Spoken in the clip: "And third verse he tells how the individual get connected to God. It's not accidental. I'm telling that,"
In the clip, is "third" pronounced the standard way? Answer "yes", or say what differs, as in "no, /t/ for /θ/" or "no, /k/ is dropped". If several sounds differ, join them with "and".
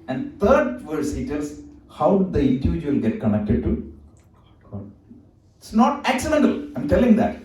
no, /t/ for /θ/